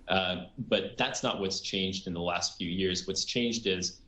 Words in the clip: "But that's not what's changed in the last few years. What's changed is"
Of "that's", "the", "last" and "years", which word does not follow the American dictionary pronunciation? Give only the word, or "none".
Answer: none